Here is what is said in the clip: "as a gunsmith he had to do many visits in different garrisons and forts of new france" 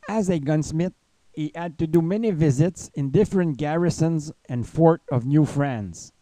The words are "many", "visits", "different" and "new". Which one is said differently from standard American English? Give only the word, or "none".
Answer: none